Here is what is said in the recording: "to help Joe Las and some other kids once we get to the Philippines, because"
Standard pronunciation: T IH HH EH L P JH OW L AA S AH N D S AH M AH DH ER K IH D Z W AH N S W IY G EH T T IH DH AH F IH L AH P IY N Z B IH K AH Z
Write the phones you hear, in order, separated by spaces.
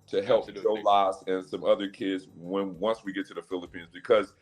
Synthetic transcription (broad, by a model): T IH HH EH L P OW L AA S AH N S AH M AH DH ER K IH D Z W AH N S W IY G EH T T IH DH AH F IH L AH P IY N Z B IH K AH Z